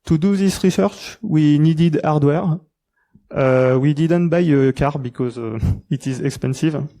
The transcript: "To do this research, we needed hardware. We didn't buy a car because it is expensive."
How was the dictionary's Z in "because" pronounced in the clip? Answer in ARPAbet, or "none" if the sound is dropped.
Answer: Z